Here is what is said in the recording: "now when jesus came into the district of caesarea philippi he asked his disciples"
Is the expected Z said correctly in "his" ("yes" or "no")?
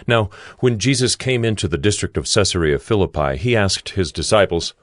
yes